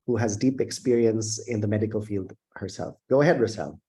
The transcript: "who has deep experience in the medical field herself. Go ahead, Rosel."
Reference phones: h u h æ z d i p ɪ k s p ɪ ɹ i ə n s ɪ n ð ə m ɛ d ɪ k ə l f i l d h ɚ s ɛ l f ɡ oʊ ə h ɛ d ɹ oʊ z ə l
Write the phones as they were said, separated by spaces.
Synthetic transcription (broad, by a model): h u h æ z d i p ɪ k s p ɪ ɹ i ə n s ɪ n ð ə m ɛ d ɪ k ə l f i l d h ɚ s ɛ l f ɡ oʊ ə h ɛ d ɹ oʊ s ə l